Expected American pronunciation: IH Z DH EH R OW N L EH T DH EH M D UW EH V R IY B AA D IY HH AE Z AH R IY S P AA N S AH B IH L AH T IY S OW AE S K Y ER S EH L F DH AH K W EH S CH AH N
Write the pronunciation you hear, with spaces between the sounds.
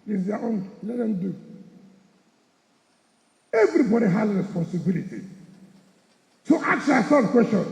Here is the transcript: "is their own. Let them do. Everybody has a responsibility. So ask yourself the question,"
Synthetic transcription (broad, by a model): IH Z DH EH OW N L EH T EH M D UW EH V R IY B AA D IY HH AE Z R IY S P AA N S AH B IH L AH T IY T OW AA K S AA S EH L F K W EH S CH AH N